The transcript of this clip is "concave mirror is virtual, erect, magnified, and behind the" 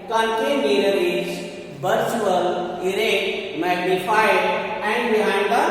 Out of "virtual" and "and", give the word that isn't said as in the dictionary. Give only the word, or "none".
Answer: virtual